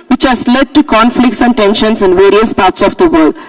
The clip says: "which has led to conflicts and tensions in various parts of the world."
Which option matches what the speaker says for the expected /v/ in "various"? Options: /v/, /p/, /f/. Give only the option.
/v/